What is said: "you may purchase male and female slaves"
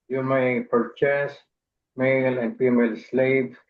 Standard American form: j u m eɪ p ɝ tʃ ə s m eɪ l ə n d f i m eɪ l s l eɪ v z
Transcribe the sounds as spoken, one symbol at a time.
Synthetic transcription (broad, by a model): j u m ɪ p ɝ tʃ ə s m eɪ l ə n d p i m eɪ l s l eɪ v